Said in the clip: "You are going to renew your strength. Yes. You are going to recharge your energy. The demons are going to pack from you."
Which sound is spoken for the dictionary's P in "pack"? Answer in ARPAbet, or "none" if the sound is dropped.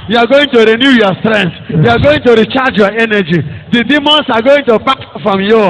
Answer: B